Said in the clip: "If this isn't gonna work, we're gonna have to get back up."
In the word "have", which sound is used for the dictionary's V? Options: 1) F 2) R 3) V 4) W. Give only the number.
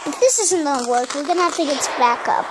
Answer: 1